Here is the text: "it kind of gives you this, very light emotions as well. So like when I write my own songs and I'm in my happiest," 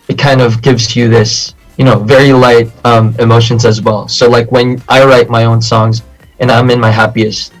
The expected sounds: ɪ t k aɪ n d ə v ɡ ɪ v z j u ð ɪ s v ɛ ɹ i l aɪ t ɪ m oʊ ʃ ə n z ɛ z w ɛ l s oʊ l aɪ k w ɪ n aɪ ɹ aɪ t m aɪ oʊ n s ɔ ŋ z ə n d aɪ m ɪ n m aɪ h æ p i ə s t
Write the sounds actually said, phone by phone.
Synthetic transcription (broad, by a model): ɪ t k aɪ n d ə v ɡ ɪ v z j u ð ɪ s v ɛ ɹ i l aɪ t ɪ m oʊ ʃ ə n z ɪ z w ɛ l s oʊ l aɪ k w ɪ n aɪ ɹ aɪ t m aɪ oʊ n s ɔ ŋ z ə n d aɪ m ɪ n m aɪ h æ p i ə s t